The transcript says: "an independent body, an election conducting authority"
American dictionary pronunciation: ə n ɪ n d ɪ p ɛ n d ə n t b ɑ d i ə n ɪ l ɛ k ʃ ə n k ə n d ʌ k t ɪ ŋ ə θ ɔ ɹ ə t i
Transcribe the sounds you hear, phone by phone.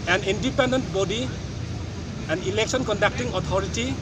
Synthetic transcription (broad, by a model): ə n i n d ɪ p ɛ n d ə n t b ɑ d i ə n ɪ l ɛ k s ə n k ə n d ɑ k t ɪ ŋ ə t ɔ ɹ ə t i